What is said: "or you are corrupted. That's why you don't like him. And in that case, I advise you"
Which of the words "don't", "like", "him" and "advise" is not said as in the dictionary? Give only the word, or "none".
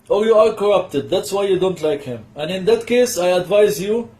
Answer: none